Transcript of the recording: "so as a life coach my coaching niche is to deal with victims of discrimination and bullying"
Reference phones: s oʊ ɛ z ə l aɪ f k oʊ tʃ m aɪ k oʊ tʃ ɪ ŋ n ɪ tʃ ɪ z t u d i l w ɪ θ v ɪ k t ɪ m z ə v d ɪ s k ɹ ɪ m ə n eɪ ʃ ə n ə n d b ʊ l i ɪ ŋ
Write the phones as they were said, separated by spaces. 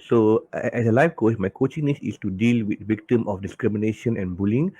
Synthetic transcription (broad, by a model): s oʊ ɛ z ə l aɪ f k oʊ s m aɪ k oʊ tʃ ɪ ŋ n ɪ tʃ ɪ s t u d i l w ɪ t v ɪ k t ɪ m ə f d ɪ s k ɹ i m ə n eɪ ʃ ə n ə n b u l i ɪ ŋ